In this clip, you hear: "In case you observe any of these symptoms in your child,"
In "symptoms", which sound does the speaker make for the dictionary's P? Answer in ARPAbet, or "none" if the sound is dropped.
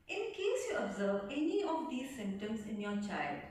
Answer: none